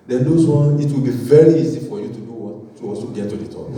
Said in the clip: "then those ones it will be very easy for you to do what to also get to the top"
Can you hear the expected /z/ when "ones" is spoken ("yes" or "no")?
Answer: no